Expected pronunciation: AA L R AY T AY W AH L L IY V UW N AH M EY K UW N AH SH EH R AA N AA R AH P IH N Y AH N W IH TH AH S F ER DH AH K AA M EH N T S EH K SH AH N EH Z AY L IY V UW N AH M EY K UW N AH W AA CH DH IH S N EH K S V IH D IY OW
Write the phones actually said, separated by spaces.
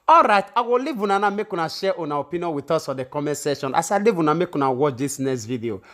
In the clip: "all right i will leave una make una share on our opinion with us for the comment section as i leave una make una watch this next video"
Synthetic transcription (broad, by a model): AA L R AY T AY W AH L L IY V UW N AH M EY K UW N AH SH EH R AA N AA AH P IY N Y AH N W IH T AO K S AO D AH K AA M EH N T S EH SH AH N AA S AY L IY V UW N AH M EY K UW N AH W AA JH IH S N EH S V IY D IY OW